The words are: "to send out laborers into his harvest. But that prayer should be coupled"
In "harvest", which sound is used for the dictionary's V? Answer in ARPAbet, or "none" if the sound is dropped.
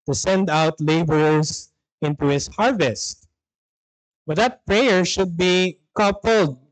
V